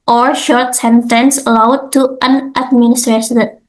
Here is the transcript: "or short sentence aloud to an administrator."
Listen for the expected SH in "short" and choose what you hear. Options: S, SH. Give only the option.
SH